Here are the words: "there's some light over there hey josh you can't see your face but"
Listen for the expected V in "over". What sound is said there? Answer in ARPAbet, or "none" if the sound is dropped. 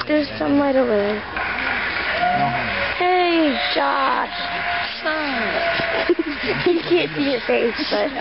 none